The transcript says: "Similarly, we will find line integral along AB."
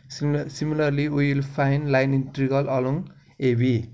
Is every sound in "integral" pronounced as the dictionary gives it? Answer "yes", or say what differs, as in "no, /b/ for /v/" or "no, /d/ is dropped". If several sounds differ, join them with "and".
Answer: no, /ɹ/ is dropped